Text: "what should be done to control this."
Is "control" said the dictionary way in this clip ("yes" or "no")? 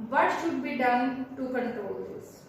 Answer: no